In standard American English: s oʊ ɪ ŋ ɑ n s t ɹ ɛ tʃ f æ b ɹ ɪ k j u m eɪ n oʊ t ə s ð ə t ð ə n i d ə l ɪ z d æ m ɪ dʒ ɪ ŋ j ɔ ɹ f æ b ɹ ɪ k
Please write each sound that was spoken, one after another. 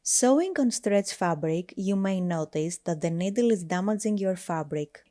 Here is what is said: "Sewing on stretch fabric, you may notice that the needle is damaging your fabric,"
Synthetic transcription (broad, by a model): s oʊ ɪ ŋ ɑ n s t ɹ ɛ tʃ f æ b ɹ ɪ k j u m eɪ n oʊ t ə s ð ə t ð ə n i d ə l ɪ z d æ m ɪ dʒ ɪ ŋ j ɔ ɹ f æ b ɹ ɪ k